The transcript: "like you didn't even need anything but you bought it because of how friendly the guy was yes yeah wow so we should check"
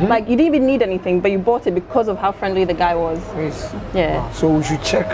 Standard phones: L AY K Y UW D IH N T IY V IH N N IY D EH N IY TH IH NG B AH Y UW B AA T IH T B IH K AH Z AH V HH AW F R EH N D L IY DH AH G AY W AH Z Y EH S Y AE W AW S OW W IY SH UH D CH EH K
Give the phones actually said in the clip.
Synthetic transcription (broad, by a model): L AY K Y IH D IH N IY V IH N N IY D EH N IY TH IH NG B AH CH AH B AA T IH T B IH K AH Z AH V HH AW F R EH N D L IY DH AH G AY W AH Z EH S Y AE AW S OW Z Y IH CH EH K